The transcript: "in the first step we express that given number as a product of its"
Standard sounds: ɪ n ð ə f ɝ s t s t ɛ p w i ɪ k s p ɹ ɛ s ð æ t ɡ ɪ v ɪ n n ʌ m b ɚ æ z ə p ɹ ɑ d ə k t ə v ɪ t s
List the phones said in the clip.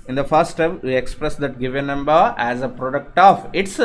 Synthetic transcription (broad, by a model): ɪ n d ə f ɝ t s t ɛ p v i ɪ k s p ɹ ɛ s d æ t ɡ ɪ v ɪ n n ʌ m b ɚ æ z ə p ɹ ɑ d ə k t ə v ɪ t s